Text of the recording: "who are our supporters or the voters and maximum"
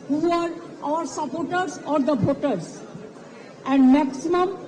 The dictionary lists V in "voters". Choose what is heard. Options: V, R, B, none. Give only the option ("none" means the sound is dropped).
B